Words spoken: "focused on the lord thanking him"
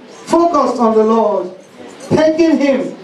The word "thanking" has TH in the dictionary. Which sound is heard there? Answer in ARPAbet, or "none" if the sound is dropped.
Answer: T